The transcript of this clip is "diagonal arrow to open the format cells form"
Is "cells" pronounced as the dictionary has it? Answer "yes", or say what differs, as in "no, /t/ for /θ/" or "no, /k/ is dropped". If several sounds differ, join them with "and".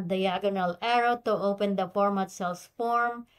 no, /s/ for /z/